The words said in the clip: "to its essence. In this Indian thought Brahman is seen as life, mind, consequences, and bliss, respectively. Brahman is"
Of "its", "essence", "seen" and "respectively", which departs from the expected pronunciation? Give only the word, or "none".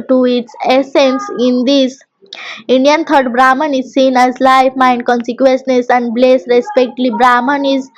respectively